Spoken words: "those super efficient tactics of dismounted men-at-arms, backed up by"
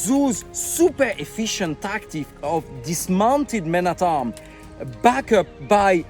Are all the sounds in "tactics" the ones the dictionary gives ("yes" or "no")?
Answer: no